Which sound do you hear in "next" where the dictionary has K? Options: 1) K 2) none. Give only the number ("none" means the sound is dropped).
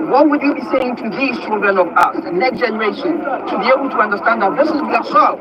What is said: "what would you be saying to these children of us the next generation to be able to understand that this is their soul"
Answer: 1